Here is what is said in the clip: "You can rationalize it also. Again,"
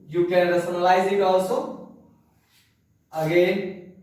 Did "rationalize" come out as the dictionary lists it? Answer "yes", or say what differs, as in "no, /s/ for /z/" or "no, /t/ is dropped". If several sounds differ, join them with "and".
no, /s/ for /ʃ/